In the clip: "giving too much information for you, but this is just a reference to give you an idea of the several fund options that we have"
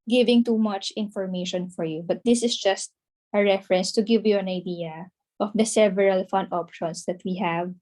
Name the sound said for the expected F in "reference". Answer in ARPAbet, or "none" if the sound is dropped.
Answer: F